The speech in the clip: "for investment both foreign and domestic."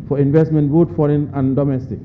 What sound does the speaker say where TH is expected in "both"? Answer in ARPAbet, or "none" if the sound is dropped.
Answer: T